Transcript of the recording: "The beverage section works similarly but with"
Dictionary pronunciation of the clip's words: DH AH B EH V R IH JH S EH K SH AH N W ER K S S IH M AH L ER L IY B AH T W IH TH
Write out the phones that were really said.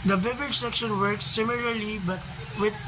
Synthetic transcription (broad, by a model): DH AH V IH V IH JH S EH K SH AH N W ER K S S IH M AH L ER L IY B AH T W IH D